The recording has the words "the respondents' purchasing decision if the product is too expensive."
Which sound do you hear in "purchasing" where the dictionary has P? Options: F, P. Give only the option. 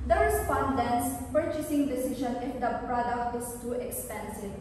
P